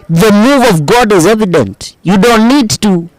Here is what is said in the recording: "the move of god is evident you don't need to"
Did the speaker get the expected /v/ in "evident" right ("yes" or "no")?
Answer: yes